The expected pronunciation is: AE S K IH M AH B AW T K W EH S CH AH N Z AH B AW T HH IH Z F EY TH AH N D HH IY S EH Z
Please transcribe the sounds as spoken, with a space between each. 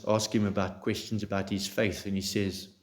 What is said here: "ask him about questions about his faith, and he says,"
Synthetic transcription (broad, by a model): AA S K IH M AH B AW T K W EH S CH AH N Z AH B AW T HH IH Z F EY TH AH N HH IY S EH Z